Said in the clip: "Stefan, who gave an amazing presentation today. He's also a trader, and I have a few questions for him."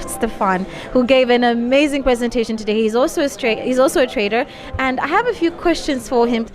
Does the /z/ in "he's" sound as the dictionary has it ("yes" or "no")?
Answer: yes